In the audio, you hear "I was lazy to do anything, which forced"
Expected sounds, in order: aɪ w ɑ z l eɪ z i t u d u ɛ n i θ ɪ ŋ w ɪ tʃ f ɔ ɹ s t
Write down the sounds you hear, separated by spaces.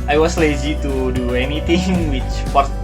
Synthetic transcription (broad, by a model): aɪ w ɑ s l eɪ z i t u d u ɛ n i t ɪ ŋ w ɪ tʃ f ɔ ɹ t